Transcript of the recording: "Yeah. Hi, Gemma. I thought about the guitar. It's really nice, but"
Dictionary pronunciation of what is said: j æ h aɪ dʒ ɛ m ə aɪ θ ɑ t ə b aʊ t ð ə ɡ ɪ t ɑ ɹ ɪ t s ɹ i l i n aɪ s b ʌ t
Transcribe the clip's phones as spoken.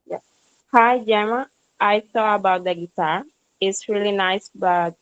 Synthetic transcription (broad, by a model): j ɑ h aɪ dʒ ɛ m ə aɪ s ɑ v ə b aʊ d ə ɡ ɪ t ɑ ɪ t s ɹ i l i n aɪ s b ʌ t